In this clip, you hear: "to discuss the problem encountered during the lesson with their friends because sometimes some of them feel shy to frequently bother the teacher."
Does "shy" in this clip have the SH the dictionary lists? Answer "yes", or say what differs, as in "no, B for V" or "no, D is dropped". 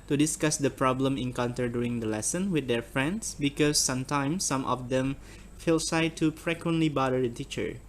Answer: no, S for SH